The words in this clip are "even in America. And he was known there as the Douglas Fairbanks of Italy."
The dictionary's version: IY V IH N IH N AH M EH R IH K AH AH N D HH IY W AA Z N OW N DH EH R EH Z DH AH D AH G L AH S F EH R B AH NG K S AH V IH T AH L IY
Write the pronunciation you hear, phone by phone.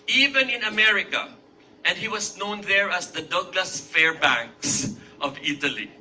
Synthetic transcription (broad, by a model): IY V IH N IH N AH M EH R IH K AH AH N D HH IY W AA S N OW N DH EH R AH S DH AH D AH G L AH S F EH R B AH NG K S AH V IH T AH L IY